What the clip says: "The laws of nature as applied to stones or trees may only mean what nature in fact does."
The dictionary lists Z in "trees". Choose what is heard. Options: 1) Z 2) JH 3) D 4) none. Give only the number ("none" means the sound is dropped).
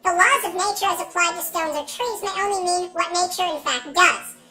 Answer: 1